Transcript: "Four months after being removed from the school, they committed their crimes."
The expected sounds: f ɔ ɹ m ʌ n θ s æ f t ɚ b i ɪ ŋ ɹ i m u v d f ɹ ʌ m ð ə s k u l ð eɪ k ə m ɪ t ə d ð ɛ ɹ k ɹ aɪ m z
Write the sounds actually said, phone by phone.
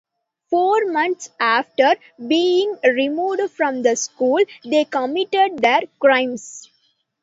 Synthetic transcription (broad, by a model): f ɔ ɹ m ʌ n t s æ f t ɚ b i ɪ ŋ ɹ i m u v d f ɹ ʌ m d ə s k u l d eɪ k ə m ɪ t ə d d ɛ ɹ k ɹ aɪ m s